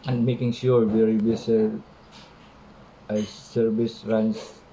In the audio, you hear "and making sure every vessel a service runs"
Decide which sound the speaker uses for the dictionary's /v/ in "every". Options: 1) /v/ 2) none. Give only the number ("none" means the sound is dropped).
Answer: 2